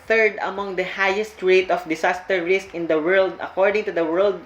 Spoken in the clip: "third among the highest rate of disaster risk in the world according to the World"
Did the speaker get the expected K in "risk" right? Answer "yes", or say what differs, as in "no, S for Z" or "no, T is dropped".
yes